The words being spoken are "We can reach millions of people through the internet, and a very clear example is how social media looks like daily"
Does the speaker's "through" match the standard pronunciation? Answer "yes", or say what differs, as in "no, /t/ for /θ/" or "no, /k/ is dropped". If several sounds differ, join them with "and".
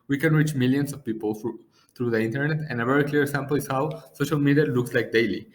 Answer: no, /t/ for /θ/